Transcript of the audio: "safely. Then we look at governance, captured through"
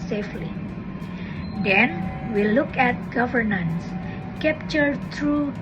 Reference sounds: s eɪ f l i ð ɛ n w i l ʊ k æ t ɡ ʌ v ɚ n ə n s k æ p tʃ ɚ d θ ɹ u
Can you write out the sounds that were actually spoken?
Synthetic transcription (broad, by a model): s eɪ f l i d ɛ n w i l ʊ k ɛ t ɡ ʌ v ɚ n ə n s k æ p tʃ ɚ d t ɹ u